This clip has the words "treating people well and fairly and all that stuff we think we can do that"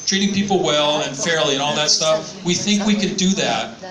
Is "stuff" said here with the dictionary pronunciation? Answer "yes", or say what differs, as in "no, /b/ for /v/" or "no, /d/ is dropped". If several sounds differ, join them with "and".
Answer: yes